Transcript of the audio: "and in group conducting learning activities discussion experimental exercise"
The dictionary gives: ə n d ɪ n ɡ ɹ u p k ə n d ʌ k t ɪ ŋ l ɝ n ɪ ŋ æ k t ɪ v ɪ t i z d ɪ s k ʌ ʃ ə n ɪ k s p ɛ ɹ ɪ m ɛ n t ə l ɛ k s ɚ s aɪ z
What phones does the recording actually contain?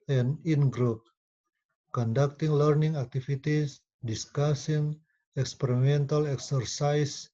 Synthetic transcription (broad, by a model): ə n ɪ n ɡ ɹ u p k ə n d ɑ k t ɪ ŋ l ɝ n ɪ ŋ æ k t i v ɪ t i s d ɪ s k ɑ s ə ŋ ɪ k s p ɛ ɹ ɪ m ɛ n t ə l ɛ k s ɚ s aɪ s